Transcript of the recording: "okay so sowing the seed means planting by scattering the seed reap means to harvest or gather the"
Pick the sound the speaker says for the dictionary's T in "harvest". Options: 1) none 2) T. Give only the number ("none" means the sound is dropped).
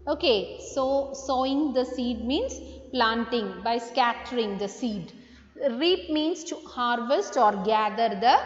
2